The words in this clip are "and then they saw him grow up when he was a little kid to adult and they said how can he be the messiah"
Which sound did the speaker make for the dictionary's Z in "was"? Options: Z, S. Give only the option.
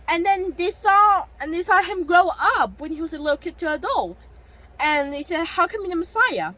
Z